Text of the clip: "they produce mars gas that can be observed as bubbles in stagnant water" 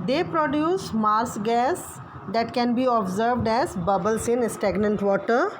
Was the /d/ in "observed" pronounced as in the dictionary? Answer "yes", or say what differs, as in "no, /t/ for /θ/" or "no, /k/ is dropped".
yes